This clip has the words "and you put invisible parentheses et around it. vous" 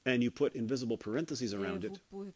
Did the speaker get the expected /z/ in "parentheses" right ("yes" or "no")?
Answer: yes